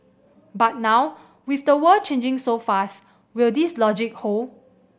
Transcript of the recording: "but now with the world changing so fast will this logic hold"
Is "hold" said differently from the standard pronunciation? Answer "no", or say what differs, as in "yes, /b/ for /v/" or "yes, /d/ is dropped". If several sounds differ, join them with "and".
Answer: yes, /d/ is dropped